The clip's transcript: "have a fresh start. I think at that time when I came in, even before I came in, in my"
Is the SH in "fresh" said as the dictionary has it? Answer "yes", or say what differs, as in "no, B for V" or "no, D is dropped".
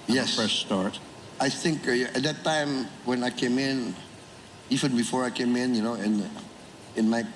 no, S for SH